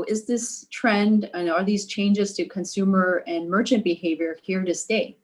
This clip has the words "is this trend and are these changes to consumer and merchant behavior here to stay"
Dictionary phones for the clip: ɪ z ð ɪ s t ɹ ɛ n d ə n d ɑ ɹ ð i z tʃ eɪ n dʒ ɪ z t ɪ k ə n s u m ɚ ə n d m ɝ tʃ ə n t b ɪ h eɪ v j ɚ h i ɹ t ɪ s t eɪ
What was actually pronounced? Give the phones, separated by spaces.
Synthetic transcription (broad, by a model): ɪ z ð ɪ s t ɹ ɛ n d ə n ɑ l ð i z tʃ eɪ n dʒ ɪ z t ɪ k ə n s u m ɚ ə n m ɝ tʃ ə n b ɪ h eɪ v j ɚ h i ɹ t ɪ s t eɪ